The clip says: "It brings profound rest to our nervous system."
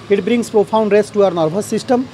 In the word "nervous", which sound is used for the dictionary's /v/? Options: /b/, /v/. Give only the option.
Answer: /b/